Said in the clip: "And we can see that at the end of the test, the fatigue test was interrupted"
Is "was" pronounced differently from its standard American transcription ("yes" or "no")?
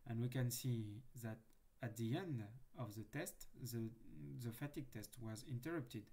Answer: no